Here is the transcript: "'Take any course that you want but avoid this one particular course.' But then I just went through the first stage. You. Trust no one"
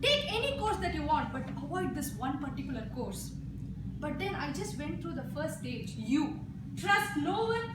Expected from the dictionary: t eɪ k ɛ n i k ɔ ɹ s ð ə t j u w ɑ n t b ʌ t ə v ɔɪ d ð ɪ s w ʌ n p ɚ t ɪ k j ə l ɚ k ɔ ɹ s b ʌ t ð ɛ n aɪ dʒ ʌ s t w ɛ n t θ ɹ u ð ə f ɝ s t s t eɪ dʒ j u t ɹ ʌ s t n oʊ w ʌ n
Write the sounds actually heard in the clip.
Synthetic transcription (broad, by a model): t eɪ k ɛ n i k ɔ ɹ s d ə t j u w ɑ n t b ʌ t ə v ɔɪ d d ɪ s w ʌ n p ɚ t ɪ k j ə l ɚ k ɔ ɹ s b ʌ t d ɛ n aɪ dʒ ʌ s t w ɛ n t t ɹ u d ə f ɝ t s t eɪ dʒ j u t ɹ ʌ s t n oʊ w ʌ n